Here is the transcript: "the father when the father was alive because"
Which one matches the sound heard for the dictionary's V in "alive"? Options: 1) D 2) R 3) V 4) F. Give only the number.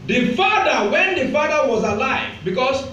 3